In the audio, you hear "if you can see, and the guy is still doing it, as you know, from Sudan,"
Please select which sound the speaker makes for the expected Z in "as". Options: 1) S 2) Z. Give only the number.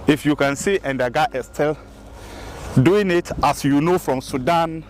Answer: 1